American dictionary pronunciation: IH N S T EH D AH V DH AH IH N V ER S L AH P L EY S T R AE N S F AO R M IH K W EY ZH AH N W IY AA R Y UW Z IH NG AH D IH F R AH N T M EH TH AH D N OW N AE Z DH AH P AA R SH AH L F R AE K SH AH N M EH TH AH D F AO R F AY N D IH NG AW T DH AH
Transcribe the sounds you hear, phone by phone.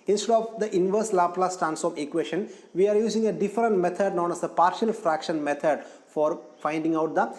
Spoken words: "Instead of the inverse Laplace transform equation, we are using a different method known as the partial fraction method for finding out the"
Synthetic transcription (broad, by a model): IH N S T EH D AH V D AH IH N V ER S L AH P L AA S T AE N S AO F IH K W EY SH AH N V IY AA R Y UW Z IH NG AH D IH F R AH N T M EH T AH D N OW N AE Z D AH P AA R SH AH L F R AE K SH AH N M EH T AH D F AO R F AY N D IH NG AW T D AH